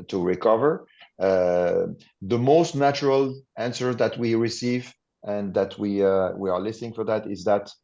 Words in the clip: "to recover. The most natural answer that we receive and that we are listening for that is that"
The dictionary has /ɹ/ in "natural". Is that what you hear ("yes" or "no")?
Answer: yes